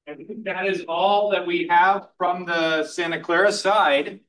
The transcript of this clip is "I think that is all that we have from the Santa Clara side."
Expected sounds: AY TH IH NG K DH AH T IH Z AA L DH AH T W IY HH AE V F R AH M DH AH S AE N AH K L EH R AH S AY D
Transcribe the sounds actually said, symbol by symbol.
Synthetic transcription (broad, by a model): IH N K DH AH T IH Z AA L DH AH T W IY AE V F R AH M DH AH S AE N AH K L EH R AH S AY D